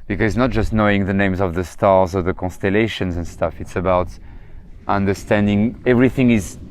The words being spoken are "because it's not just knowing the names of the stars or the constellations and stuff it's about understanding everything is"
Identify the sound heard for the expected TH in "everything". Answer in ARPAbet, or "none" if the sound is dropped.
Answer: TH